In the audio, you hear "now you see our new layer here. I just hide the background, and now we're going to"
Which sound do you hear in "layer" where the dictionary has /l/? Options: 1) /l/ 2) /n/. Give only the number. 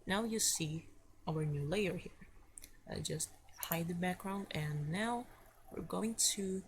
1